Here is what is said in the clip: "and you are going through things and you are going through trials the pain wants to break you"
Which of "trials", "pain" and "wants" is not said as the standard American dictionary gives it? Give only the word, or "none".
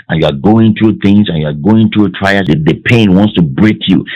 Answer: trials